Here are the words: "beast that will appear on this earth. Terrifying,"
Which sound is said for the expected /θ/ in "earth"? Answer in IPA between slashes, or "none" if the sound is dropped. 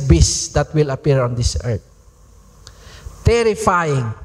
/t/